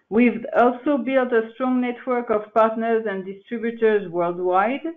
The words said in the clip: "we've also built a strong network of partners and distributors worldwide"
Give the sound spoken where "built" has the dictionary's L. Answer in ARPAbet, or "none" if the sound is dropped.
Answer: L